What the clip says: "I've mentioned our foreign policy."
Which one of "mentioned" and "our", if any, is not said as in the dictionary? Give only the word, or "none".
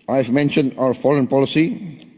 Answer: none